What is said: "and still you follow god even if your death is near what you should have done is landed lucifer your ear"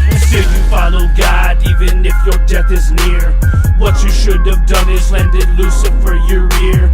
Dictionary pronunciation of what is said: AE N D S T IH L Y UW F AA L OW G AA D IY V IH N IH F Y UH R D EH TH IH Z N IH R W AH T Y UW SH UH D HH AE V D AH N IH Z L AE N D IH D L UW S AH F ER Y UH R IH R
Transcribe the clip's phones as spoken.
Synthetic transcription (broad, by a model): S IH Y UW F AA L OW G AA D IY V IH N IH F Y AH R D EH TH IH Z N IH R W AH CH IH SH UH D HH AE V D AH N IH Z L AE N D IH D L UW S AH F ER Y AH R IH R